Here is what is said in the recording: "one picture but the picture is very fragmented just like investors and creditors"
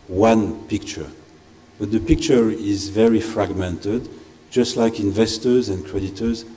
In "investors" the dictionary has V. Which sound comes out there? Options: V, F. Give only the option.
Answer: V